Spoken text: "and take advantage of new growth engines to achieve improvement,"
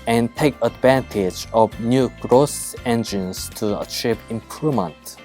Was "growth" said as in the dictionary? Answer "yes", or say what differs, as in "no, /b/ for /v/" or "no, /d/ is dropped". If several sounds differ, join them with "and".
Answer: no, /s/ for /θ/